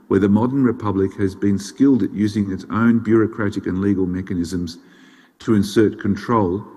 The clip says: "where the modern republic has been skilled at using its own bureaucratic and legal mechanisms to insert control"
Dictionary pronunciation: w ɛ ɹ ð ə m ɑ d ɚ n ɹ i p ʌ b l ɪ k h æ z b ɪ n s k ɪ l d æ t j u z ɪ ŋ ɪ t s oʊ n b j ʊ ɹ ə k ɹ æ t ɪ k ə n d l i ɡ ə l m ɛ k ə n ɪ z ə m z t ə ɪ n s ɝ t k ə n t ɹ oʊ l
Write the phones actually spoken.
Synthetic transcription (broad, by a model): w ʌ ɹ ð ə m ɑ d ɚ n ɹ i p ʌ b l ɪ k h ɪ z b ɪ n s k ɪ l d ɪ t j u z ɪ ŋ ɪ t s oʊ n b j ʊ ɹ ə k ɹ æ t ɪ k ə n l i ɡ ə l m ɛ k ə n ɪ z ə m z t ə ɪ n s ɝ t k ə n t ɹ oʊ l